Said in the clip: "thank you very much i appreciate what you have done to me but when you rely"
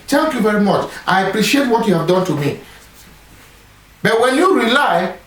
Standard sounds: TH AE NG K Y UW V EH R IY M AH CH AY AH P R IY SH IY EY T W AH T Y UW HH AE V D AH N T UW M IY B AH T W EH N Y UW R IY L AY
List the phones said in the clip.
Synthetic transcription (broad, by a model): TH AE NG K Y UW V EH R IY M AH CH AY AH P R IY SH IY EY T W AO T Y UW HH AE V D AH N T UW M IY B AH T W EH N Y UW R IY L AY